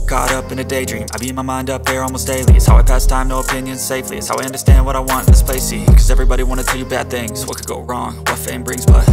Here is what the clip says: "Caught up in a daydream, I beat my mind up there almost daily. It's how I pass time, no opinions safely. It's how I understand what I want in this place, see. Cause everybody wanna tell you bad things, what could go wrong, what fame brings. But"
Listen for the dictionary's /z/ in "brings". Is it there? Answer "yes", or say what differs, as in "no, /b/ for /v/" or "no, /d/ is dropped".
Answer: yes